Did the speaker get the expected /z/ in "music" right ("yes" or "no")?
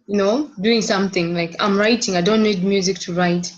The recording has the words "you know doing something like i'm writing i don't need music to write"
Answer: yes